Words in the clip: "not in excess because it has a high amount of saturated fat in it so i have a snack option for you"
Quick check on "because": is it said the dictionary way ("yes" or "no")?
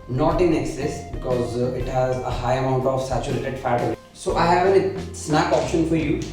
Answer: yes